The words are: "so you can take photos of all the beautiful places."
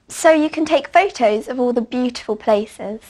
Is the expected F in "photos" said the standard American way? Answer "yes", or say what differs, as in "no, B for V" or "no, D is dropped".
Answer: yes